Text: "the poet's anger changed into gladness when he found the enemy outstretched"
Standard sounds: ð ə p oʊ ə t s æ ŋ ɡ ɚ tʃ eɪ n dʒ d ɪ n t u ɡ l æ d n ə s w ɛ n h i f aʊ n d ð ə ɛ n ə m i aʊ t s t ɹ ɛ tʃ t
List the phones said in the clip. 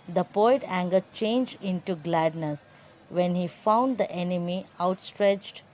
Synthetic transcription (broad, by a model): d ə p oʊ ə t æ ŋ ɡ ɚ tʃ eɪ n dʒ d ɪ n t u ɡ l æ d n ə s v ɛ n h i f aʊ n d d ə ɛ n ə m i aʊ t s t ɹ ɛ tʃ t